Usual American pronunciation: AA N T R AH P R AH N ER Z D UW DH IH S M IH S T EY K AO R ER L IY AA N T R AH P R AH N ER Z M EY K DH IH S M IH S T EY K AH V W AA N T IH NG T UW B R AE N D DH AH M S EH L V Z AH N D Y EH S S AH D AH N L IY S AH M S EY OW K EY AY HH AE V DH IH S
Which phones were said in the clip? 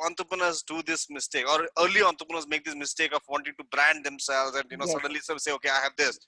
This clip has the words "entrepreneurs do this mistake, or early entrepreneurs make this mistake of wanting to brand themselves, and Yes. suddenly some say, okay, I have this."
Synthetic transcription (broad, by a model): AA N T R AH P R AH N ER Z D UW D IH S M IH S T EY K AO R ER L IY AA N T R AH P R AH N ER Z M EY K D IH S M IH S T EY K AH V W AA N T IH NG T UW B R AE N D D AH M S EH L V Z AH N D Y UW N S AH D AH N L IY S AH S EY OW K EY AY HH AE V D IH S